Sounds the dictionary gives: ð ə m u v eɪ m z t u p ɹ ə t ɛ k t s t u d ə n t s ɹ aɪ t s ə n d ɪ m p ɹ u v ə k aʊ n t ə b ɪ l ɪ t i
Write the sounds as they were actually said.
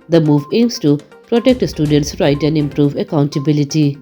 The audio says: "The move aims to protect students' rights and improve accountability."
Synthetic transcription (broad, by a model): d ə m u v eɪ m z t u p ɹ ə t ɛ k t s t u d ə n t s ɹ aɪ t ə n d ɪ m p ɹ u v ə k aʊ n t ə b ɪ l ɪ t i